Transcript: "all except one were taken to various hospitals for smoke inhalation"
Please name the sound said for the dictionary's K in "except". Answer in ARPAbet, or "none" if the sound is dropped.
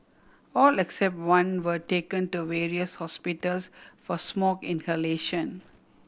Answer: K